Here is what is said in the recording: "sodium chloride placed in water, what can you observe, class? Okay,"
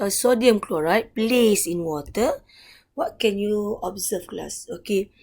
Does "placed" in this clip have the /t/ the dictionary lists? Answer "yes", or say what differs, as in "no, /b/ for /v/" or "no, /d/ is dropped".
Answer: no, /t/ is dropped